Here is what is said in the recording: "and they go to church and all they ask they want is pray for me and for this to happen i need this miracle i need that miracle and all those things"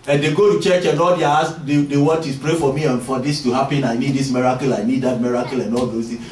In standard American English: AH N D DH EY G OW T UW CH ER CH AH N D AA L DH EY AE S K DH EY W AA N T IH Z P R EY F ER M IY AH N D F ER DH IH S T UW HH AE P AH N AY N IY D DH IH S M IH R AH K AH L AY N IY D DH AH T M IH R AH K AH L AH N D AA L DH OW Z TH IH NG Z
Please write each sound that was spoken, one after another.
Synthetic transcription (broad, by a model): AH N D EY G OW T UW CH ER CH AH N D AA L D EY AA S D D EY W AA T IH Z P R EY F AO M IY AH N F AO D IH S T UW HH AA P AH N AY N IY D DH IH S M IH R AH K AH L AY N IY D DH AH T M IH R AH K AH L AH N D AA L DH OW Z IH